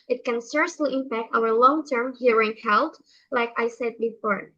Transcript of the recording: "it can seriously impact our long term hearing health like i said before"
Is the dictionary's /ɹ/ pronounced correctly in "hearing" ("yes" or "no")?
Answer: yes